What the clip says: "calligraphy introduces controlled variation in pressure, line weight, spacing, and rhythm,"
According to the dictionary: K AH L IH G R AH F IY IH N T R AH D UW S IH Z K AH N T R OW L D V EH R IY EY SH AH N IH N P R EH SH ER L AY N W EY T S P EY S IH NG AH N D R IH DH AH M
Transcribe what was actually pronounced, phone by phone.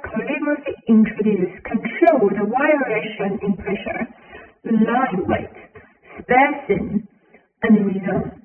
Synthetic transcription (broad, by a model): K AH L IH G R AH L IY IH N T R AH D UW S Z K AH N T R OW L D W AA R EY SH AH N IH N P R EH SH ER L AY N W EY T S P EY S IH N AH N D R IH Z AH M